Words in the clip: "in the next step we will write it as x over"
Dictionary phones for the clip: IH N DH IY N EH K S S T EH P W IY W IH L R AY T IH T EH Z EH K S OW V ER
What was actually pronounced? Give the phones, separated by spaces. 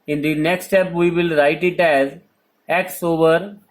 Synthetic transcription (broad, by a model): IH N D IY N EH K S S T EH P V IY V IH L R AY T IH T EH Z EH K S OW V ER